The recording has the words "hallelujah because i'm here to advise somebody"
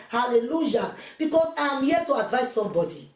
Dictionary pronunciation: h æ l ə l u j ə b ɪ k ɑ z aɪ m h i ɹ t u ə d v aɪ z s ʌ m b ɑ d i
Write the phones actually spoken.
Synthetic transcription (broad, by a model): h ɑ l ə l u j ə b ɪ k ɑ s aɪ m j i t u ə d v aɪ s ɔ m b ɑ d i